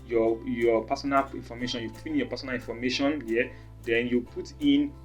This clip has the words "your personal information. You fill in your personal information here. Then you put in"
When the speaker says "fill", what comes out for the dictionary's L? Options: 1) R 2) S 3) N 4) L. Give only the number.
3